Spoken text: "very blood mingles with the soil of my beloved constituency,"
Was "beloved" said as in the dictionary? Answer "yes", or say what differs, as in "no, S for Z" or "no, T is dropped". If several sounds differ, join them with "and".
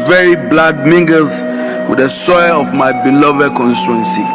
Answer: yes